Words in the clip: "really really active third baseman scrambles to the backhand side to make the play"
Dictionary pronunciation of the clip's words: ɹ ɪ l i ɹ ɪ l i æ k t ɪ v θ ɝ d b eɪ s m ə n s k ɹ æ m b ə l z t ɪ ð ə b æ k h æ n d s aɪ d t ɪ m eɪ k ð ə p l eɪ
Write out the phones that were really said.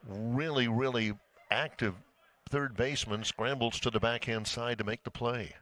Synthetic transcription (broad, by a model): ɹ ɪ l i ɹ ɪ l i æ k t ɪ v θ ɝ d b eɪ s m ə n s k ɹ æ m b l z t ɪ ð ə b æ k h æ n d s aɪ d t ɪ m eɪ k ð ə p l eɪ